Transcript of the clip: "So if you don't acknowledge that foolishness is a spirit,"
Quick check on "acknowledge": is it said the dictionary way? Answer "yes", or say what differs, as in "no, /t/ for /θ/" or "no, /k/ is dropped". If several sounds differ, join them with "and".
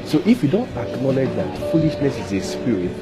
yes